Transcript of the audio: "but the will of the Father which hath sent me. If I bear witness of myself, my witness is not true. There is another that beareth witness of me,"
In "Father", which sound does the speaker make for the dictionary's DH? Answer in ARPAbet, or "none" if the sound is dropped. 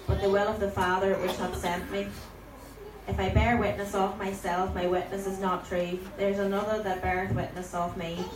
DH